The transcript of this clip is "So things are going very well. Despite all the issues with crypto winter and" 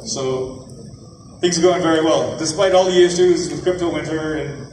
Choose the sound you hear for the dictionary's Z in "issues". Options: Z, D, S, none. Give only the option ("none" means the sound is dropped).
Z